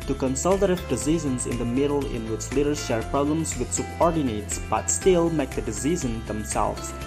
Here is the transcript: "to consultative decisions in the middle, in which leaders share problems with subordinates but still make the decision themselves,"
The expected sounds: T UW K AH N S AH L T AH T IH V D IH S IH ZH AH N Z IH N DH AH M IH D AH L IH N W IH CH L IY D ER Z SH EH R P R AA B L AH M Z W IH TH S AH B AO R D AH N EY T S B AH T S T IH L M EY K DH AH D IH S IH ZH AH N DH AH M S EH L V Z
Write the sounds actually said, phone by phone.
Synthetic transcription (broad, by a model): T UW K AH N S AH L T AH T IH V D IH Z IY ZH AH N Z IH N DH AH M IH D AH L IH N W IH CH L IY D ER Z SH EH R P R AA B L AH M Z W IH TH S AH B AO R D AH N EY T S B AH T S T IH L M EY K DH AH D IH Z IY Z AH N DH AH M S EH L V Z